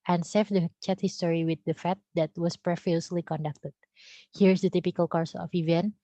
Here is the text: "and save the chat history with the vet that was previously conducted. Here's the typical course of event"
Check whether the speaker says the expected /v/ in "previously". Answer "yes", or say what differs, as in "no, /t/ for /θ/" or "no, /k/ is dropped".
no, /f/ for /v/